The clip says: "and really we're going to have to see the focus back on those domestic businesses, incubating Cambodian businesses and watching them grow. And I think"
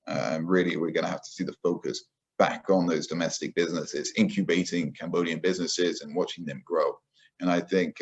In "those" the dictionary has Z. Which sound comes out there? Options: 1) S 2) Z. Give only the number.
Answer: 2